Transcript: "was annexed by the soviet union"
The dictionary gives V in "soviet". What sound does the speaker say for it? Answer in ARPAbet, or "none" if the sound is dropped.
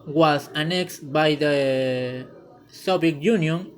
B